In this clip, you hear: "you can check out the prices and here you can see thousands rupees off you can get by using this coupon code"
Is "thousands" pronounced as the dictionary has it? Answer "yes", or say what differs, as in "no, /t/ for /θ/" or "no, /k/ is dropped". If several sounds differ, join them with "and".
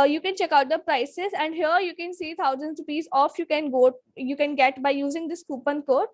no, /t/ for /θ/